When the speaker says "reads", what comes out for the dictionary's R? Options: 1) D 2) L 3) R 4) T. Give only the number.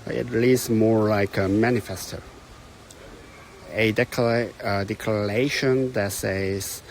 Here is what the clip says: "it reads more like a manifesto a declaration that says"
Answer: 2